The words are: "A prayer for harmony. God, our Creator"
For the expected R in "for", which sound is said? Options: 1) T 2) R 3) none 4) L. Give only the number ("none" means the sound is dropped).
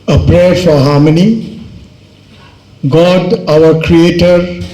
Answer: 2